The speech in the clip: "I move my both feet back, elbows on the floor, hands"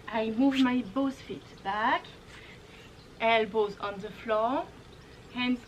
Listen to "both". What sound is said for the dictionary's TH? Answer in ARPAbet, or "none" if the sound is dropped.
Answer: S